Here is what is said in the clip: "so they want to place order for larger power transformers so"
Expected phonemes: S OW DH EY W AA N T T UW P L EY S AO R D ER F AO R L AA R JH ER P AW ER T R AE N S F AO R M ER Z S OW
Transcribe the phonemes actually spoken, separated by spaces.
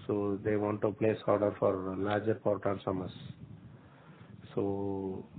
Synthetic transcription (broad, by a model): S OW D EY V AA N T T UW P L EY S AO R D ER F AO R L AA R JH ER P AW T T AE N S AO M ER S S OW